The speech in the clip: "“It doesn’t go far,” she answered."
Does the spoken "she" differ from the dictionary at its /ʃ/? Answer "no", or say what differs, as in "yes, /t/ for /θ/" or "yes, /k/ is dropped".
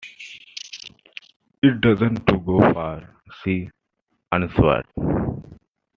yes, /s/ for /ʃ/